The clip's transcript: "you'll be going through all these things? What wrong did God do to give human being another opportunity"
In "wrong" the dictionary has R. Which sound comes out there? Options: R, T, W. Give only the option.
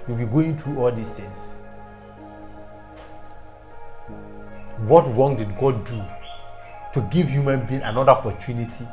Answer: R